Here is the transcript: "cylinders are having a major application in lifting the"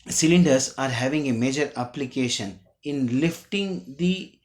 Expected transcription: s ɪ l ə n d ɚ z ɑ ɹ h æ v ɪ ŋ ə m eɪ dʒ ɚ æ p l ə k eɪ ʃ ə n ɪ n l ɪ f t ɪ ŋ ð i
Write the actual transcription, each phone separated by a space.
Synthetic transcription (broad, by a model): s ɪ l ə n d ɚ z ɑ ɹ h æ v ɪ ŋ ə m eɪ dʒ ɚ æ p l ə k eɪ ʃ ə n ɪ n l ɪ f t ɪ ŋ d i